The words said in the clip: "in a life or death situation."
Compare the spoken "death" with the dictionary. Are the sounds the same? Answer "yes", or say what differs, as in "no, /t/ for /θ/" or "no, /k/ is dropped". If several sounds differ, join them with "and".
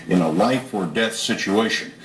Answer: yes